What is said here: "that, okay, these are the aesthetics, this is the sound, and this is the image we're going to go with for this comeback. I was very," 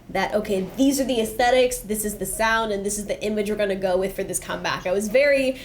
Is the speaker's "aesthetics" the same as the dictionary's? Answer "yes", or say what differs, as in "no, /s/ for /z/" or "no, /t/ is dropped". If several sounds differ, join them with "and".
yes